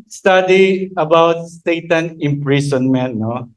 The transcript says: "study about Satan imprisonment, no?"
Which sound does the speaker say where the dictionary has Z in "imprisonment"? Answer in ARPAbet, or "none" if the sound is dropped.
S